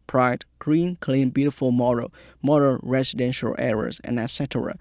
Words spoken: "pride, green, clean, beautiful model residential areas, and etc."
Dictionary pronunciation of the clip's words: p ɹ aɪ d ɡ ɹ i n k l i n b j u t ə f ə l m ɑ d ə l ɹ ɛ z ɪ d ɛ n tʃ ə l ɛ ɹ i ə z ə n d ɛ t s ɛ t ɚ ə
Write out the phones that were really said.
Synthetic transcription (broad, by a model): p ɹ aɪ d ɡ ɹ i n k l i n b j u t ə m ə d m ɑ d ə n ɹ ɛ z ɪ d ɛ n ʃ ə l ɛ ɹ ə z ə n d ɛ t s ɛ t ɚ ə